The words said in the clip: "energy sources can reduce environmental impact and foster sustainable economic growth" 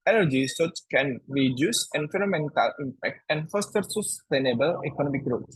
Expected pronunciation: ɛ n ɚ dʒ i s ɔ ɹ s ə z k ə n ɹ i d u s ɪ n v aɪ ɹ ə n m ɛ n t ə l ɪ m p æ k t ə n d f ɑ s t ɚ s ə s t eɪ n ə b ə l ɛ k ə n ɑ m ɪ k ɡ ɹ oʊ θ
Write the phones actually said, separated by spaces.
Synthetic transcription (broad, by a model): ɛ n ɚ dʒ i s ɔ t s k ə n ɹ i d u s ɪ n f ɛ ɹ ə m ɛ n t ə l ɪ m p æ k t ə n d f ɑ s t ɚ s ə s t eɪ n ə b ə l ɛ k ə n ɑ m ɪ k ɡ ɹ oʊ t